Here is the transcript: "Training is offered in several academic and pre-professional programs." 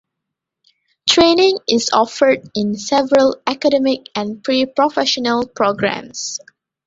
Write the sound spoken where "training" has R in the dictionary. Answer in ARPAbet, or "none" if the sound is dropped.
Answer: R